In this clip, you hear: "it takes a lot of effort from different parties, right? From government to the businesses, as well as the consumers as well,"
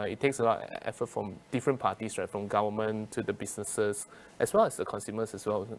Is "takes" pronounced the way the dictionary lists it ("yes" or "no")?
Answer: yes